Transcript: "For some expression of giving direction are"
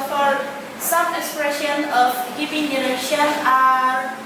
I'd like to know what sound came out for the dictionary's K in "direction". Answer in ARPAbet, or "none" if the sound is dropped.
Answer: none